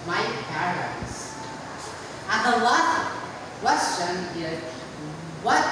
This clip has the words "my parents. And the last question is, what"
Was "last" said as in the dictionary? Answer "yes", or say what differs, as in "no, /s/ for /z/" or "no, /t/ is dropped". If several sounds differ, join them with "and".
no, /s/ is dropped